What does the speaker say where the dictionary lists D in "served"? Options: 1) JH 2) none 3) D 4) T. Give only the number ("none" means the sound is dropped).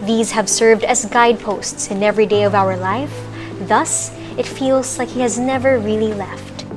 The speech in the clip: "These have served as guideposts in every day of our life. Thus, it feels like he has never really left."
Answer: 3